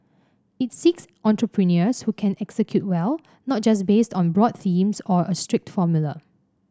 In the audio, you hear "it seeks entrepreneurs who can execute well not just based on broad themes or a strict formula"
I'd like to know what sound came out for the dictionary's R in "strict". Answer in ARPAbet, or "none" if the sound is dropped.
R